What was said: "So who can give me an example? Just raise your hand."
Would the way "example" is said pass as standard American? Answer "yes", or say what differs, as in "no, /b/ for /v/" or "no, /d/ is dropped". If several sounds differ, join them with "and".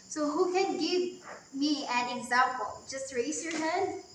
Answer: yes